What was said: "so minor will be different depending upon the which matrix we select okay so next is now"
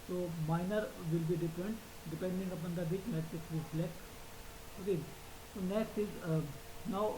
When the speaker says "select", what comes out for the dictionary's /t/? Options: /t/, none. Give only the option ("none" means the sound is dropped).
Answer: none